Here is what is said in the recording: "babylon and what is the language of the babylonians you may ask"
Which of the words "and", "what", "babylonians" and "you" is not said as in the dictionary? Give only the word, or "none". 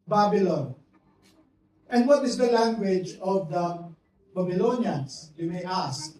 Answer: babylonians